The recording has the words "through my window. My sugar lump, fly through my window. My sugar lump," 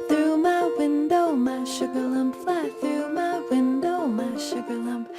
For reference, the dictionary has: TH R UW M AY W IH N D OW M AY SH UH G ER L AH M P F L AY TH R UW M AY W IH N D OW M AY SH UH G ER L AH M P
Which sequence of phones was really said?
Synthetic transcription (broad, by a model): TH R UW M AY W IH N D OW M AY SH UH G ER L AH M P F AY TH R UW M AY W IH N D OW M AY SH UH G ER L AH M P